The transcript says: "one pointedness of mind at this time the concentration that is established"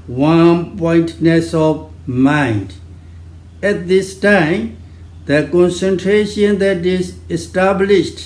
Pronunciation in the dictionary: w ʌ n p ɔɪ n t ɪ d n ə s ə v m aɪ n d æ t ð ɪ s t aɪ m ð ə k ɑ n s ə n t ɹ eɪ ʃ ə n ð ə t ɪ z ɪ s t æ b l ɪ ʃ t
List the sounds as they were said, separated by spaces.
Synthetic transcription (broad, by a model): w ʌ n p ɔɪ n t n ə s ə v m aɪ n d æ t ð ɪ s t aɪ m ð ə k ɑ n s ə n t ɹ eɪ ʃ ə n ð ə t ɪ z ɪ s t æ b l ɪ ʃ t